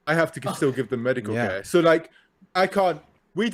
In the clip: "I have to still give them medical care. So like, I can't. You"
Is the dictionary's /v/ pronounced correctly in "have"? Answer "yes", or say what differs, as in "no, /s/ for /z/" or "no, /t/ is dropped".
no, /f/ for /v/